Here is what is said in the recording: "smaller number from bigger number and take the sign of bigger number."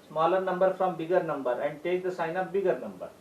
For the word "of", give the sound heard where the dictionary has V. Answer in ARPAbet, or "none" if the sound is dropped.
P